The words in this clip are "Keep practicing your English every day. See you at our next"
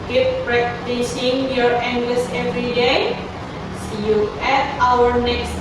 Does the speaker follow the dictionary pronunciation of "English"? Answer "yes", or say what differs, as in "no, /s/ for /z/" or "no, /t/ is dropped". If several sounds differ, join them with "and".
no, /s/ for /ʃ/